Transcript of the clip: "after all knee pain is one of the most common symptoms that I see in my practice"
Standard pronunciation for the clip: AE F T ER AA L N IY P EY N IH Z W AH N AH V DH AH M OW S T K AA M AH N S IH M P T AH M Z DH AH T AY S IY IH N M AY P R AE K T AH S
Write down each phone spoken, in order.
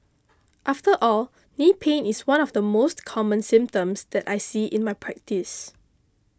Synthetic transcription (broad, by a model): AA F T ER AA L N IY P EY N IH S W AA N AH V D AH M OW S T K AA M AH N S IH M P T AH M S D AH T AY S IY IH N M AY P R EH K T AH S